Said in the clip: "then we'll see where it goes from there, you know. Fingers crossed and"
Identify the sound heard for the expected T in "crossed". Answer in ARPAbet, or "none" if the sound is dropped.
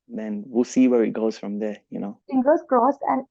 none